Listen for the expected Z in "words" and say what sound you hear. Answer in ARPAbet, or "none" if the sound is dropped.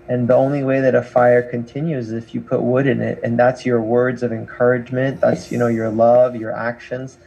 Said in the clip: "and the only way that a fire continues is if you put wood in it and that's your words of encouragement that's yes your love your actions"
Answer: Z